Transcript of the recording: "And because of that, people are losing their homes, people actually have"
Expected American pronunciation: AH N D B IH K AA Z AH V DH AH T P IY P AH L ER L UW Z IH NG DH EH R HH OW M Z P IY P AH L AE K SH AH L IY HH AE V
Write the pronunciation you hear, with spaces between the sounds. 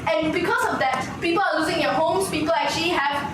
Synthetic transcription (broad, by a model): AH N B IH K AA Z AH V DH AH T P IY P AH L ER L UW Z IH NG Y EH HH OW M S P IY P AH L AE K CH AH L IY HH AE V